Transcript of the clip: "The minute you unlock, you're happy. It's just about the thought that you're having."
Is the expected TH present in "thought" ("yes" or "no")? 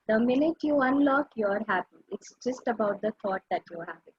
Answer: no